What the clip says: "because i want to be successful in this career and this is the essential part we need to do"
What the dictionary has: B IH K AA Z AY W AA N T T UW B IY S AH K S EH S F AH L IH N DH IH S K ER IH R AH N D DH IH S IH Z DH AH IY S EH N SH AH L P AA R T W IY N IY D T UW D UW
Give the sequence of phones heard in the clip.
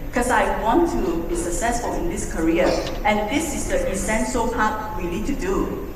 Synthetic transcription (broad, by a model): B K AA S AY W AA N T T UW B IY S AH K S EH S F AH L IH N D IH S K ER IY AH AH N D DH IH S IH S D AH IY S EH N S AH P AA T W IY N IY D T UW D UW